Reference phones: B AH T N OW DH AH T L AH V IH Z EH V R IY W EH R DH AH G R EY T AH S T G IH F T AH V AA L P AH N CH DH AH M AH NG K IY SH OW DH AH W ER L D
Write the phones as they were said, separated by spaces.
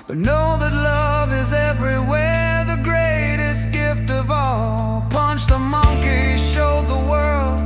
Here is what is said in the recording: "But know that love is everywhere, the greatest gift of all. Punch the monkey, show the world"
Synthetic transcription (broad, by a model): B AH T N OW DH AH T L AH V IH Z EH V R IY W EH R DH AH G R EY T AH S T G IH F T AH V AA L P AH N CH DH AH M AH NG K IY SH OW DH AH W ER L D